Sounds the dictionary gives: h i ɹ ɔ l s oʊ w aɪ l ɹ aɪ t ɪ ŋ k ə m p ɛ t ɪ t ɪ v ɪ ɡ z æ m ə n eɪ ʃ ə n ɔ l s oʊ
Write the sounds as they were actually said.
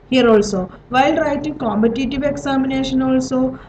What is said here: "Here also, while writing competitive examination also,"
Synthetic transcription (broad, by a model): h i ɹ ɔ l s oʊ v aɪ l ɹ aɪ t ɪ ŋ k ə m p ɛ t ɪ t ɪ v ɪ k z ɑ m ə n eɪ ʃ ə n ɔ l s oʊ